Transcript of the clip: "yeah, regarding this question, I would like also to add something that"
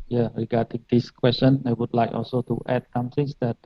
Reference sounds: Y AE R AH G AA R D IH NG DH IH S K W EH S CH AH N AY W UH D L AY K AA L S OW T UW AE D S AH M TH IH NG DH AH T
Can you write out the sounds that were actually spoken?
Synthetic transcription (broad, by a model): Y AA R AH G AA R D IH NG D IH S K W EH S CH AH N AY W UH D L AY K AA L S OW T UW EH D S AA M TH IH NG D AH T